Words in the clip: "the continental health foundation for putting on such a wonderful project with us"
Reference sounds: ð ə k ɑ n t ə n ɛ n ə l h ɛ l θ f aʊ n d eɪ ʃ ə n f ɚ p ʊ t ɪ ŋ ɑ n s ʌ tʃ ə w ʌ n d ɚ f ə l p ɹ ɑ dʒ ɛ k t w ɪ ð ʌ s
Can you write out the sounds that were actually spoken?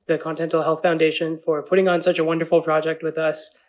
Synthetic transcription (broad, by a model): ð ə k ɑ n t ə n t l h ɛ l θ f aʊ n d eɪ ʃ ə n f ɚ p ʊ t ɪ ŋ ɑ n s ʌ tʃ ə w ʌ n d ɚ f l p ɹ ɑ dʒ ɛ k t w ɪ ð ʌ s